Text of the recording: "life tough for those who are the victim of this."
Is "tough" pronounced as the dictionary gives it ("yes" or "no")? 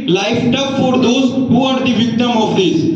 no